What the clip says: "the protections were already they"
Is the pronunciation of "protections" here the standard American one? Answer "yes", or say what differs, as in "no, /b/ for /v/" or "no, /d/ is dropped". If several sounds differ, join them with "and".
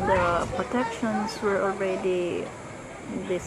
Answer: no, /s/ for /z/